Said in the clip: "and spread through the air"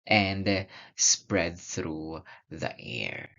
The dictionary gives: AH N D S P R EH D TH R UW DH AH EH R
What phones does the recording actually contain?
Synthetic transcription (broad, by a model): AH N D S P R EH D TH R UW DH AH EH R